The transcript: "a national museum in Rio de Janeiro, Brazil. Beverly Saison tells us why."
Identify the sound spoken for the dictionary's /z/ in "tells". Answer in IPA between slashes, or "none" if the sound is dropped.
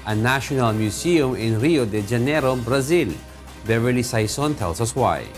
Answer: /s/